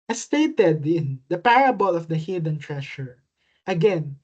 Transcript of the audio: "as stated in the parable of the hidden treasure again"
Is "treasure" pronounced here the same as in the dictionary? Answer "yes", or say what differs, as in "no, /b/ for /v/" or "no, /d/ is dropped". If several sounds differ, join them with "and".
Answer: no, /ʃ/ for /ʒ/